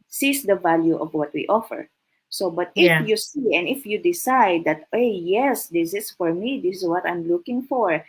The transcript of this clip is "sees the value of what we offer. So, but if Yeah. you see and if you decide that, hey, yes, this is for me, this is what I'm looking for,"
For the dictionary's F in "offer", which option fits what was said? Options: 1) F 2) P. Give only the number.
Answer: 1